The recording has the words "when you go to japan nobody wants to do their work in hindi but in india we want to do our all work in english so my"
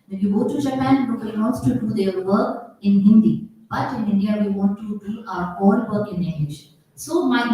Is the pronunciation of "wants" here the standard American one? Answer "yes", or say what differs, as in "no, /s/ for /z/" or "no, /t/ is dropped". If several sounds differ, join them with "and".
no, /s/ is dropped